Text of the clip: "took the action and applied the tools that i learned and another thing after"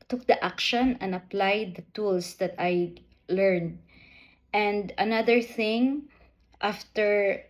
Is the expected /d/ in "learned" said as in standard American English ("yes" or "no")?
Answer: yes